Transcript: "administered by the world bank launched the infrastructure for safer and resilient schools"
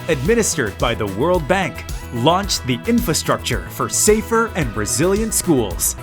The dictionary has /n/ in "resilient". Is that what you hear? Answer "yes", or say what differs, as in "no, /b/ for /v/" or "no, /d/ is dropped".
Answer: yes